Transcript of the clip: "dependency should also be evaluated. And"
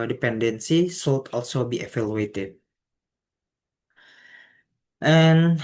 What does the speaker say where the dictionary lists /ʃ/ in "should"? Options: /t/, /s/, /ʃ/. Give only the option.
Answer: /s/